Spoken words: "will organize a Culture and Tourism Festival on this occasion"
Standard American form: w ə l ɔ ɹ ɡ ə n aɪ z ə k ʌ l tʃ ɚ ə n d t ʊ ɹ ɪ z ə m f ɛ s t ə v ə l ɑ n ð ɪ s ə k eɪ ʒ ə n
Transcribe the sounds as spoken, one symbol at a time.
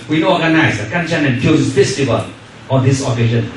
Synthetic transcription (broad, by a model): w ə ɔ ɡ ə n aɪ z ə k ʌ n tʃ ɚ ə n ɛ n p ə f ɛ s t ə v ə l ɑ n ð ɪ s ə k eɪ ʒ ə n